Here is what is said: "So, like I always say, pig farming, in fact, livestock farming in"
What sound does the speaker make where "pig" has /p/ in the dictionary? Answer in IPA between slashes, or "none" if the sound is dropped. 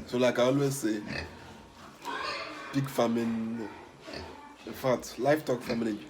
/b/